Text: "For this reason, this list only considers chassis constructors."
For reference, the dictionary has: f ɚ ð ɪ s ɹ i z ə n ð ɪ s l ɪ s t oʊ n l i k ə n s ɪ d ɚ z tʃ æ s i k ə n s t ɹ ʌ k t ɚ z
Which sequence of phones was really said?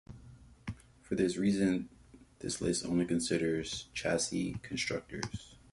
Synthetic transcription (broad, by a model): f ɚ ð ɪ s ɹ i z ə n ð ɪ s l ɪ s oʊ n l i k ə n s ɪ d ɚ z tʃ æ s i k ə n s t ɹ ʌ k t ɚ z